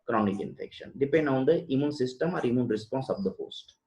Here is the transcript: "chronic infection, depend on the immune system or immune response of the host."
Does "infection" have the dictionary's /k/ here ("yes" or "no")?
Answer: yes